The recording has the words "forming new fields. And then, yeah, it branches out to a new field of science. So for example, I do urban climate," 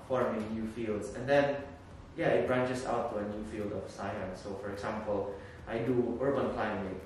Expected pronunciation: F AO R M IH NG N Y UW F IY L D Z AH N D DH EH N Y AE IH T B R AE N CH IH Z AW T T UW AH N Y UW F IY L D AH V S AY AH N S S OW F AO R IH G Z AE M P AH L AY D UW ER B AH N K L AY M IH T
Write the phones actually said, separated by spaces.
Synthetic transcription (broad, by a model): F AO R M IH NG N Y UW F IY L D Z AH N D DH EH N Y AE IH T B R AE N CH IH S AW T T UW AH N Y UW F IY L D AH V S AY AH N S S OW F AO R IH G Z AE M P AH L AY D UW ER B AH N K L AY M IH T